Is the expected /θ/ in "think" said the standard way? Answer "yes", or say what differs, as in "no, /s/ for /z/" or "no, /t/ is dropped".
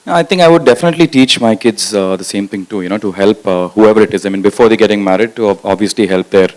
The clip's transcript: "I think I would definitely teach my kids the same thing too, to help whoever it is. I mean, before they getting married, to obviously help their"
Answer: no, /t/ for /θ/